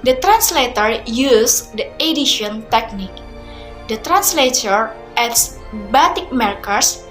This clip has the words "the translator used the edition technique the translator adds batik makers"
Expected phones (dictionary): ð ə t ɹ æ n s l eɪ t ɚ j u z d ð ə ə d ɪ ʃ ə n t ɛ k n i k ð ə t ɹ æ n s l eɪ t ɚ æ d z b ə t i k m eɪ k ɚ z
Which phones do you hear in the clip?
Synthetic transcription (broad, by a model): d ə t ɹ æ n s l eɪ t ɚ j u s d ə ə d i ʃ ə n t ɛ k n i k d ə t ɹ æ n s l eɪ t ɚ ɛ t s b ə t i k m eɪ k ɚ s